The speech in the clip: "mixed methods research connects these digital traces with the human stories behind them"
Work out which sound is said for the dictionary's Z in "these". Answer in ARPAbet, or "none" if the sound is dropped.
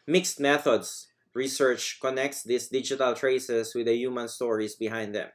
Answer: S